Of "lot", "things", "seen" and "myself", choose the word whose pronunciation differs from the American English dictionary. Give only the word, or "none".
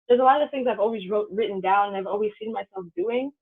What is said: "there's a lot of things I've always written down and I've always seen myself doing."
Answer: none